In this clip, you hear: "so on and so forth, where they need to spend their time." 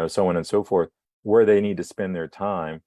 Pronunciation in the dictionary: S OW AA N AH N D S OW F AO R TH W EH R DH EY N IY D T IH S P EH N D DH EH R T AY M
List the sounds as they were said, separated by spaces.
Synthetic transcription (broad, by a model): S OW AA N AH N S OW F AO R TH W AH R DH EY N IY D T IH S P EH N DH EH R T AY M